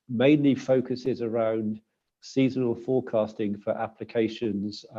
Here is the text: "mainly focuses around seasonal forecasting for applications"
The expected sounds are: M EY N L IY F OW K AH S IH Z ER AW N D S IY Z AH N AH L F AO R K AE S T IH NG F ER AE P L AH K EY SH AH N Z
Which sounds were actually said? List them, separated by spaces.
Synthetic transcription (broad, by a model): M EY N L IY F OW K AH S IH Z ER AW N D S IY Z AH N AH L F AO K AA S T IH NG F ER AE P L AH K EY SH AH N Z